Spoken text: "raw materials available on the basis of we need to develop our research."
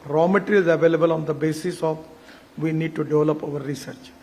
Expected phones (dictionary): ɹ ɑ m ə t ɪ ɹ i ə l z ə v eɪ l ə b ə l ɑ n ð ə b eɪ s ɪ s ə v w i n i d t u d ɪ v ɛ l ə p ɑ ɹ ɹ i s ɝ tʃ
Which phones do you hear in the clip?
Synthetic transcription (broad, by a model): ɹ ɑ m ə t ɹ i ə z ə v eɪ l ə b ə l ɑ n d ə b eɪ s ɪ s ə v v i n i d t u d ɪ v ɛ l ə p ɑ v ɹ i s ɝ tʃ